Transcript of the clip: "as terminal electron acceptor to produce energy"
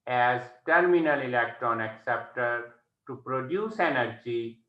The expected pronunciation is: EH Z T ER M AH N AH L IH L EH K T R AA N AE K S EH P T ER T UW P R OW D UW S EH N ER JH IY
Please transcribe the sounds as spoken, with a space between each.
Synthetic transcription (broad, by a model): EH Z T ER M AH N AH L IH L EH K T R AA N AE K S EH P T ER T UW P R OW D UW S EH N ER JH IY